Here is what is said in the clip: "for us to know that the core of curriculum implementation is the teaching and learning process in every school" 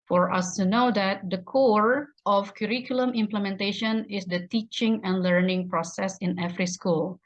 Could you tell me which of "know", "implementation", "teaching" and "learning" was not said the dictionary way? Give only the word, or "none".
none